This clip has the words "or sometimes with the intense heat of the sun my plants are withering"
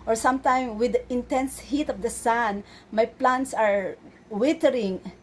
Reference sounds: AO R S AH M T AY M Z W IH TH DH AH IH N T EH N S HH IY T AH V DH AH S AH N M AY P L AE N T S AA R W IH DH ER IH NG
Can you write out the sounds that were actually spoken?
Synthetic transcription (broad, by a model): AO R S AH M T AY M W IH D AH IH N T EH N S HH IY T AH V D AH S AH N M AY P L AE N T S AA R W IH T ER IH NG